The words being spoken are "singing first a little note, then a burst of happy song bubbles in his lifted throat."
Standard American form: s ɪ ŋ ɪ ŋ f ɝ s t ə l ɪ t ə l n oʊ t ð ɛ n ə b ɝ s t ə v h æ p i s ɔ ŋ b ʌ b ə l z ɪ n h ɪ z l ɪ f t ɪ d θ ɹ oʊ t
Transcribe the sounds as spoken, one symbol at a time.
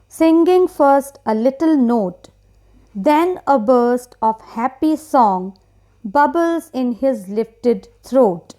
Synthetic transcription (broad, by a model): s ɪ ŋ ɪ ŋ f ɝ s t ə l ɪ t ə l n oʊ t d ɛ n ə b ɝ s t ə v h æ p i s ɔ ŋ b ʌ b ə l z ɪ n h ɪ z l ɪ f t ɪ d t ɹ oʊ t